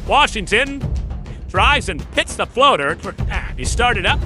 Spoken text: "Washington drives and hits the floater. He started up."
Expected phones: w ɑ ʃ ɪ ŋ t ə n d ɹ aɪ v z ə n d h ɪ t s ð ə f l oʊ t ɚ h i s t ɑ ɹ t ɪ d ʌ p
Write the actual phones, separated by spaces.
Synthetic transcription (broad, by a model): w ɑ ʃ ɪ ŋ t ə n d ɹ aɪ z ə n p ɪ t s ð ə f l oʊ t ɚ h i s t ɑ ɹ t ɪ d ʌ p